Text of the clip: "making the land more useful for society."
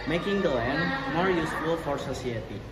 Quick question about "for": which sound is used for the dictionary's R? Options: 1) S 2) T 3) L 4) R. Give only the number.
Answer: 4